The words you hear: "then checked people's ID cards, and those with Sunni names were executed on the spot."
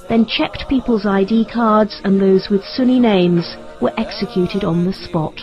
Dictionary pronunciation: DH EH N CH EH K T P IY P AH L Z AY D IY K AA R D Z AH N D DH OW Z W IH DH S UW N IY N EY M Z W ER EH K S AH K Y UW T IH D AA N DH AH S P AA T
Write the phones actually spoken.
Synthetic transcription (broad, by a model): DH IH N CH EH K T P IY P AH L Z AY D IY K AA R D Z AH N DH OW Z W IH DH S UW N IY N EY M Z W ER EH K S AH K Y UW T IH D N DH AH S P AA T